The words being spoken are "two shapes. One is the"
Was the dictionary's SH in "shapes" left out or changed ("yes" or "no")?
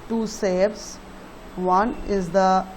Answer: yes